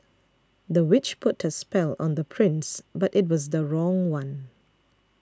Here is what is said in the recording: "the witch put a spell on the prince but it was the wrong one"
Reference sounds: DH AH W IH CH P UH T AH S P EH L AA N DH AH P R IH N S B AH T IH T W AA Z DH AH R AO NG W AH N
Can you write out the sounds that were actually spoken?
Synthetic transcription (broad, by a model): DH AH W IH CH P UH T AH S P EH L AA N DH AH P R IH N S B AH T IH T W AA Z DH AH R AO NG W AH N